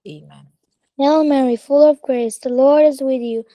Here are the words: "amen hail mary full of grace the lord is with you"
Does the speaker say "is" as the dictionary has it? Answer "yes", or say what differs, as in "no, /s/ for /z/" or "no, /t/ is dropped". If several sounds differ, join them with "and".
yes